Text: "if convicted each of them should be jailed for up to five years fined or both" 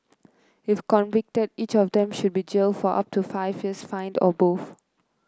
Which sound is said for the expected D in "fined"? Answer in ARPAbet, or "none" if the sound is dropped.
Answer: D